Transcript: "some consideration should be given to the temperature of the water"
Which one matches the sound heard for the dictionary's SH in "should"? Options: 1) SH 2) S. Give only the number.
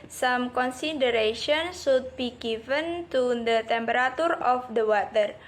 2